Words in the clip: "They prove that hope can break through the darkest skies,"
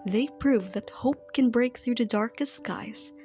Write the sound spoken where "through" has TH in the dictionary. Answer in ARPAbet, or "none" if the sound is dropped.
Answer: TH